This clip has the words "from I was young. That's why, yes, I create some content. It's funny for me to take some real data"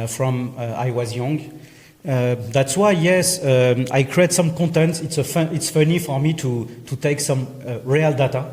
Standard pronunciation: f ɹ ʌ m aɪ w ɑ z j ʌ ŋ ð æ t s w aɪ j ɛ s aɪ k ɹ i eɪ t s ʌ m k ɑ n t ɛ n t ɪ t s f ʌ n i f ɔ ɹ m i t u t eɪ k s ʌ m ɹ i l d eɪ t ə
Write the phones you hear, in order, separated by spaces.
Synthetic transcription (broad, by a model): f ɹ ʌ m aɪ w ɑ z j ʌ ŋ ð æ t s w aɪ j ɛ s aɪ k ɹ i eɪ t s ʌ m k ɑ n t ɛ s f ɪ t s f ʌ n i f ɔ ɹ m i t u t eɪ k s ʌ m ɹ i l d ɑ t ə